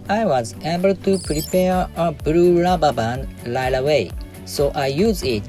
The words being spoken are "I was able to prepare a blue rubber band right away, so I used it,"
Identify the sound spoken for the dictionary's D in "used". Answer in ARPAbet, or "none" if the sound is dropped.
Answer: none